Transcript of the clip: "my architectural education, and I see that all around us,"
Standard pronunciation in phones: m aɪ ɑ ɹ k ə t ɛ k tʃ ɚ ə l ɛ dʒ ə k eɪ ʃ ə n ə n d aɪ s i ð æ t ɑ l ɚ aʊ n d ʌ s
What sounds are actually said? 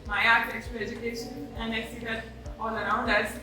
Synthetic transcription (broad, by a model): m aɪ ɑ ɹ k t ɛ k s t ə ɛ dʒ ə k eɪ ʃ ə n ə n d aɪ s i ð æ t ɑ l ɚ aʊ n d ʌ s